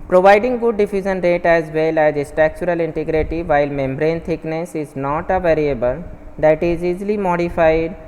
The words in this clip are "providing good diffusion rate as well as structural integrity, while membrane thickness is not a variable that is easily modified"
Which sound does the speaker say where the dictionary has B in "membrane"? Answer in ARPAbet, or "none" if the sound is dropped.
B